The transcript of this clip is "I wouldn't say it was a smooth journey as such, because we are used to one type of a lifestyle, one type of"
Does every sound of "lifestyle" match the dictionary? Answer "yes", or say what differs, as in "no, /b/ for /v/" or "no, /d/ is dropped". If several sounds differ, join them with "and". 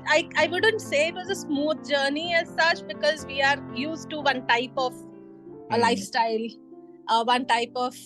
yes